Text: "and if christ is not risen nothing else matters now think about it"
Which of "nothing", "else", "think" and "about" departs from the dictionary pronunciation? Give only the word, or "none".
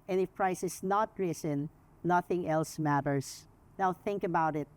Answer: none